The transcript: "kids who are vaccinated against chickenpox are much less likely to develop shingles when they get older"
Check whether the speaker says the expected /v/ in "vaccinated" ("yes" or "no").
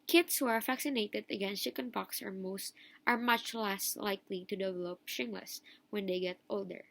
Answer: no